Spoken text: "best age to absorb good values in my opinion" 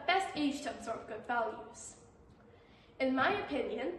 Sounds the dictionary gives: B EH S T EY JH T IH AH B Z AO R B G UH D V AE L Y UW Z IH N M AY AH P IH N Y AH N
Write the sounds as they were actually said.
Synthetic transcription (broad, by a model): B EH S T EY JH T IH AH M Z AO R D G UH D V AE L Y UW Z IH N M AY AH P IH N Y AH N